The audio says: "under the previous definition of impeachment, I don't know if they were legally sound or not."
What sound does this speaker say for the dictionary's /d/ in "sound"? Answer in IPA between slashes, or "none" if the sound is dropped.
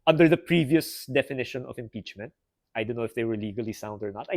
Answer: /d/